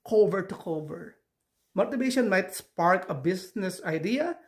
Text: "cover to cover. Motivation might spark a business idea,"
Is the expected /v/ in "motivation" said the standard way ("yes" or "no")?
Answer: no